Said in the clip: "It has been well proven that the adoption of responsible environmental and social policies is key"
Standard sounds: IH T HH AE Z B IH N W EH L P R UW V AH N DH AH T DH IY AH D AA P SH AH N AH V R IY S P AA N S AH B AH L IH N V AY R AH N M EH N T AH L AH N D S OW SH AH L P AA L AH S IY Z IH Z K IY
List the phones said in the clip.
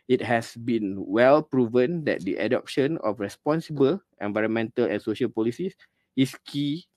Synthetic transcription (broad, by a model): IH T HH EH S B IH N W EH L P R UW V AH N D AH T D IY AH D AA P SH AH N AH F R IY S P AA N S AH B AH L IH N V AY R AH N M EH N T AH L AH N S OW SH AH L P AA L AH S IY S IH S K IY